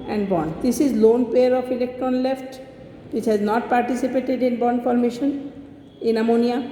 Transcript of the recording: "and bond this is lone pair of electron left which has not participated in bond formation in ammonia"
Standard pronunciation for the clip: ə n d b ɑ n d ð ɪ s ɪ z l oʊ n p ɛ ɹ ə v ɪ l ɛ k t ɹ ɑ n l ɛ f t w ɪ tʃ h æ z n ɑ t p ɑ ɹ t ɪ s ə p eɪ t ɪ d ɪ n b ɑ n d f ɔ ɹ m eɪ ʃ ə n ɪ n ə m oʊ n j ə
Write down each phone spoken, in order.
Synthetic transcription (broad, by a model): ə n d b ɑ n d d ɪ s ɪ z l oʊ n p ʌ ɹ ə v ɪ l ɛ k t ɹ ɑ n l ɛ f t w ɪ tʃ h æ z n ɑ t p ɑ ɹ t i s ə p eɪ t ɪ d ɪ n b ɑ n d f ɔ ɹ m eɪ ʃ ə n ɪ n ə m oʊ n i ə